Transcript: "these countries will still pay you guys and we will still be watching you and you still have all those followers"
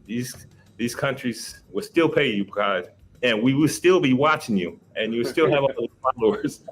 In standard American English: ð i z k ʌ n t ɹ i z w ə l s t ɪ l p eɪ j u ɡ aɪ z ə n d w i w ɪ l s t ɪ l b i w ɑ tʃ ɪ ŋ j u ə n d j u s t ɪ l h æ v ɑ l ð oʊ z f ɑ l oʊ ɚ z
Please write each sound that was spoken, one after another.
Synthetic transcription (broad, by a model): ð i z k ʌ n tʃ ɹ i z w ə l s t ɪ l p eɪ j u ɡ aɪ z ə n w i w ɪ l s t ɪ l b i w ɑ tʃ ɪ ŋ j u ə n j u s t ɪ l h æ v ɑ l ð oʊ f ɑ l oʊ ɚ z